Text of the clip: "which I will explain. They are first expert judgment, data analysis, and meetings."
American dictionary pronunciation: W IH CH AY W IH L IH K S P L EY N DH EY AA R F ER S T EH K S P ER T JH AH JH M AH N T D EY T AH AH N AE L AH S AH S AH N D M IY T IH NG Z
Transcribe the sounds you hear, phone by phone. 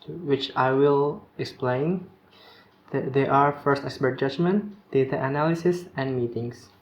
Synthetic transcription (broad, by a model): W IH CH AY W IH L IH K S P L EY N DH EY AA R F ER S T EH K S P ER T JH AH JH M AH N T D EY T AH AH N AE L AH S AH S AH N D M IY T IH NG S